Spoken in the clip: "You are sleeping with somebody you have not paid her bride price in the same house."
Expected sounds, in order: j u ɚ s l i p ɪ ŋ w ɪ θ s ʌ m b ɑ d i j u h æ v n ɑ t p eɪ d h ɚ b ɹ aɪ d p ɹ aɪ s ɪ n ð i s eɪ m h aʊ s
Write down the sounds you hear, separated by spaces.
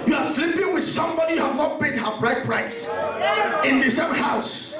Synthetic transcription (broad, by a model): j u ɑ s l i p ɪ ŋ w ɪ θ s ʌ m b ɑ d i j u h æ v n ɑ t b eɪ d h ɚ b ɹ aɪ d p ɹ aɪ s ɪ n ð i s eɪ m h aʊ s